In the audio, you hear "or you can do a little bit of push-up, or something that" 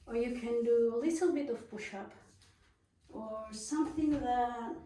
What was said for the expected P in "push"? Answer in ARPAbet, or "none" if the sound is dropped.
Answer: B